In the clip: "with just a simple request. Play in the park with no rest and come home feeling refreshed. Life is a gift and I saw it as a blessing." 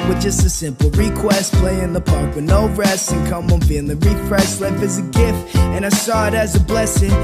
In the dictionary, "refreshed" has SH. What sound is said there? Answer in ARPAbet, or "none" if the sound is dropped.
S